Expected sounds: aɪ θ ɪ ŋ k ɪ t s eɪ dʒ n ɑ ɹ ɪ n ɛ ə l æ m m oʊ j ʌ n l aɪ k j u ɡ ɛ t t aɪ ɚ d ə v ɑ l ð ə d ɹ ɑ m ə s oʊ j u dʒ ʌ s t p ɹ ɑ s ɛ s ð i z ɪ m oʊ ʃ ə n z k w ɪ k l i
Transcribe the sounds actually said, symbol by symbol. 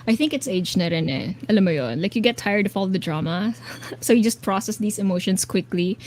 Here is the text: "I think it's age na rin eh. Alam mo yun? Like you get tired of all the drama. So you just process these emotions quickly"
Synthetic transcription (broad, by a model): aɪ θ ɪ ŋ k ɪ t s eɪ dʒ n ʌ ɹ ɪ n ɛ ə l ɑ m m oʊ j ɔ n l aɪ k j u ɡ ɛ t t aɪ ɚ d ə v ɑ l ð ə d ɹ ɑ m ə s oʊ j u dʒ ʌ s t p ɹ ɑ s ɛ s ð i s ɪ m oʊ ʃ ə n s k w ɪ k l i